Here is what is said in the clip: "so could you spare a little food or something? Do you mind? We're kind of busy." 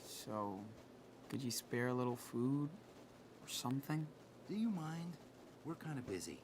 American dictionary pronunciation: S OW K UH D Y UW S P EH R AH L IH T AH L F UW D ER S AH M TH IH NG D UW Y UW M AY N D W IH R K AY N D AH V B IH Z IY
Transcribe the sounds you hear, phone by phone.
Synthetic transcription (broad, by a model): S OW UH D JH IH S P EH R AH L IH T L F UW D ER S AH M TH IH NG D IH Y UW M AY N D W IH R K AY N D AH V B IH Z IY